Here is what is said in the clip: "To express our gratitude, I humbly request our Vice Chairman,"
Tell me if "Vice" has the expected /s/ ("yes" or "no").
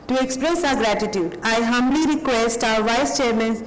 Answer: yes